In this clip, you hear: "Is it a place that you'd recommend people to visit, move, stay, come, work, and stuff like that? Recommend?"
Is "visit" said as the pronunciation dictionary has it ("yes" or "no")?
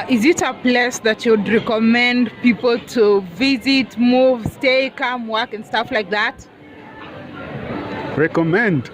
yes